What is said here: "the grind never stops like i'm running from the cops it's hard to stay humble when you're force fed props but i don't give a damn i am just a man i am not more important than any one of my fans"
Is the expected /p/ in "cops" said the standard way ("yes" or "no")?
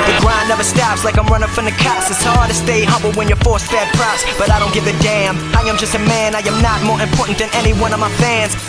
no